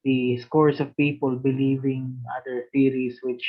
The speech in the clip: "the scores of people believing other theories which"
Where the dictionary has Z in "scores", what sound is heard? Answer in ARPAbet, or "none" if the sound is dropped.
S